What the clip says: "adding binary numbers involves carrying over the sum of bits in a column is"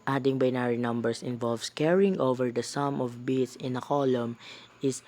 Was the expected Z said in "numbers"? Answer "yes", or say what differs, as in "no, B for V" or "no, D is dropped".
no, S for Z